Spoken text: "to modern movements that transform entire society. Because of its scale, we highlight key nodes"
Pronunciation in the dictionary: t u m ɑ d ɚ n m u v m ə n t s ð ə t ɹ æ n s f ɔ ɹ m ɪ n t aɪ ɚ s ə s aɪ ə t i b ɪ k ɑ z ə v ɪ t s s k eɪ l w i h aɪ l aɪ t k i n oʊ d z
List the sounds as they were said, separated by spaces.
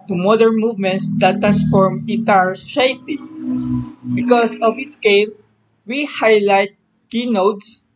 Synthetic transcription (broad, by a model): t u m ɑ d ɚ n m u v m ə n t s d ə t ɹ æ n s f ɔ ɹ m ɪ t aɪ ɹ ʃ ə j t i b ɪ k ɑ s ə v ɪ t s s k eɪ l w i h aɪ l aɪ t k i n oʊ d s